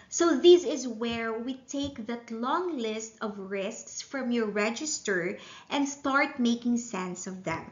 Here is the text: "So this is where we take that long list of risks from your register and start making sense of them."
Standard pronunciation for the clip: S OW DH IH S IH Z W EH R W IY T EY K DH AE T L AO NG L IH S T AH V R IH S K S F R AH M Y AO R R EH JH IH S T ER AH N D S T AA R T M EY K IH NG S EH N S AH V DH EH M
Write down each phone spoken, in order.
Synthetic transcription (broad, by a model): S OW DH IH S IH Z W EH R W IY T EY K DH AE T L AO NG L IH S T AH V R IH S K S F R AH M Y AO R R EH JH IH S T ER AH N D S T AA R T M EY K IH NG S EH N S AH V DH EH M